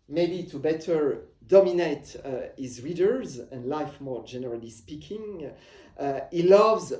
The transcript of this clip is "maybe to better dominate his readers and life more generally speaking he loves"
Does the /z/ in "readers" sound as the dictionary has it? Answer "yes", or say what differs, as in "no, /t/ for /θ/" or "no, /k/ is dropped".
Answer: yes